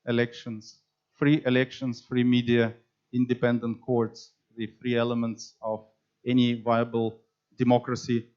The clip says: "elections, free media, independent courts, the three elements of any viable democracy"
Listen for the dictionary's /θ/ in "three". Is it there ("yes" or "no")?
no